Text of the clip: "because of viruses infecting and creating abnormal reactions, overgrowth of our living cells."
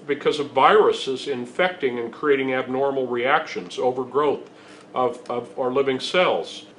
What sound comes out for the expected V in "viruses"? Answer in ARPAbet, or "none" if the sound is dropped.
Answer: V